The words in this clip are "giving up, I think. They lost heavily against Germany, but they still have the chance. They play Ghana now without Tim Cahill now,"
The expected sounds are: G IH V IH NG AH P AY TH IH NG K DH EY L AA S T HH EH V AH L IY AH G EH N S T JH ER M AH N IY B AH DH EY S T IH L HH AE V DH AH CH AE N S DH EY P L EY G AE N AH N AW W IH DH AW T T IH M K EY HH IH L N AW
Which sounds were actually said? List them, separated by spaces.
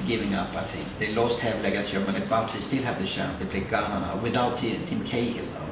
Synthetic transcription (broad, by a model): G IH V IH NG AH P AY TH IH NG K DH EY L AA S T HH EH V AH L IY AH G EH S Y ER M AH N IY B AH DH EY S T IH L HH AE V DH AH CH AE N S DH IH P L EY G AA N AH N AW W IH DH AW T T IH M K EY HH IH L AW